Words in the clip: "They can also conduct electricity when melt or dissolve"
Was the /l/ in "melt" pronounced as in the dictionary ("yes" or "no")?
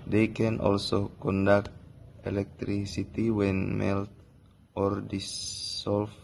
yes